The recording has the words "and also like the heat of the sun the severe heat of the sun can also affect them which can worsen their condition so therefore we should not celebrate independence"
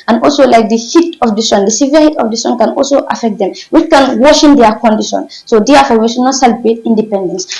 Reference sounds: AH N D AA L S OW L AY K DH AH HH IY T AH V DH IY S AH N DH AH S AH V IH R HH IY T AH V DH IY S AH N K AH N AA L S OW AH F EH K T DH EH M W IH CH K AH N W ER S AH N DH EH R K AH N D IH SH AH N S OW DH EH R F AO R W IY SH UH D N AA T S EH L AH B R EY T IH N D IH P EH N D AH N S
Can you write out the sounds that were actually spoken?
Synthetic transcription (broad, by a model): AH N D AA L S OW L AY K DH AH HH IY T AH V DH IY S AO N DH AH S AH V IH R HH IY T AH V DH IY S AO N K AH N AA L S OW AH F EH K T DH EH M W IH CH K AH N W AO SH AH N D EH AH K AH N D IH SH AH N S OW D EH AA F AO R W IY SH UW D N AA T S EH L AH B EY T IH N D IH P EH N D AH N S